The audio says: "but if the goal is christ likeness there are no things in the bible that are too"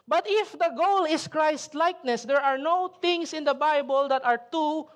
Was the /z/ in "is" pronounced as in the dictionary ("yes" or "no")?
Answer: no